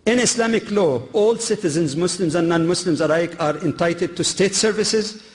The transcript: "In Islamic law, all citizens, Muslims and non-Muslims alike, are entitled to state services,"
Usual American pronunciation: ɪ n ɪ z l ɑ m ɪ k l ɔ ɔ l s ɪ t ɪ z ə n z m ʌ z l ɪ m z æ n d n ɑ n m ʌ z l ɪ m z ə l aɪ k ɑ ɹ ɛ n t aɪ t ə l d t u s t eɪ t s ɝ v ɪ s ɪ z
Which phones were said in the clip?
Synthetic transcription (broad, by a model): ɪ n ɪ s l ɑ m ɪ k l ɔ ɔ l s ɪ t ɪ z ə n z m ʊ s l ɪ m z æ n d n ɑ n m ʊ s l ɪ m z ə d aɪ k ɑ ɹ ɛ n t aɪ t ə d t u s t eɪ t s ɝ v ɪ s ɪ z